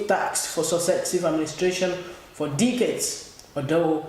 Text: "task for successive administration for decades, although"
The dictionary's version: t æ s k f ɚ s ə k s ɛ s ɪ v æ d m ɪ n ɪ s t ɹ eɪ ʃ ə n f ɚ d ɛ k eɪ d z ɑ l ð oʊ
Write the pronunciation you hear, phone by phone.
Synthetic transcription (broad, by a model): t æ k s f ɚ s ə s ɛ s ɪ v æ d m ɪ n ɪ s t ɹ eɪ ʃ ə n f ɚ d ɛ k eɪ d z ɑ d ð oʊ